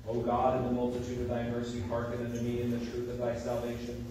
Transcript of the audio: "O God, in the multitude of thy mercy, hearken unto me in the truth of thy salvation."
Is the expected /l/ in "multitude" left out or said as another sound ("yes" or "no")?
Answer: no